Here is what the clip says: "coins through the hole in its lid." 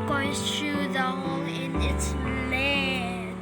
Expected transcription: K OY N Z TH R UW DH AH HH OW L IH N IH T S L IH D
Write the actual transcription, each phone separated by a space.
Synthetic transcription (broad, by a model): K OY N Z T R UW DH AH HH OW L IH N IH T S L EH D